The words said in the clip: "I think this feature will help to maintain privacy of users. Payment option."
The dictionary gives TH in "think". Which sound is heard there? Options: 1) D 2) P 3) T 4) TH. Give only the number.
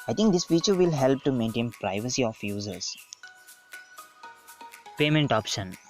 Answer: 3